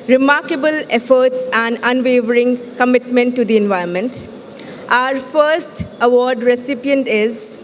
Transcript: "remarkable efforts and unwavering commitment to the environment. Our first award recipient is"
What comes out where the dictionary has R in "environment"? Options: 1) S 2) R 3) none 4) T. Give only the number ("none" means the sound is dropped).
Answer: 3